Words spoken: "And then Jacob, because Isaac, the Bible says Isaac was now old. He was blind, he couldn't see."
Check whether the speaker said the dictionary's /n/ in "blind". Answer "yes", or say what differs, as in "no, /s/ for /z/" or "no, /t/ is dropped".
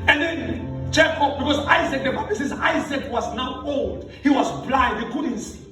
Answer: no, /n/ is dropped